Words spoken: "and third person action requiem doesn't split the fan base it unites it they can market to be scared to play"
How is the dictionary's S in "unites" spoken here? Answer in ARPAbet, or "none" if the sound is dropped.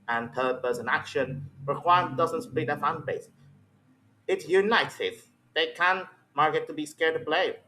none